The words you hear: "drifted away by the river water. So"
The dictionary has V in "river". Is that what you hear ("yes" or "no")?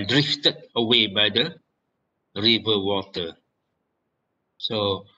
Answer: yes